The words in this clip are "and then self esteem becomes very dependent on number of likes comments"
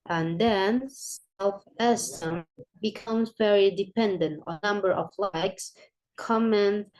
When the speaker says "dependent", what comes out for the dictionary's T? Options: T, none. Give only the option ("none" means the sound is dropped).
T